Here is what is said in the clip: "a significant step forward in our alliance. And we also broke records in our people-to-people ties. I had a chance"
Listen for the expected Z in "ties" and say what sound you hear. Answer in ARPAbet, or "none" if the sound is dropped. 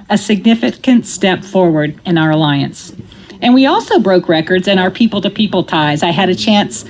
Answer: Z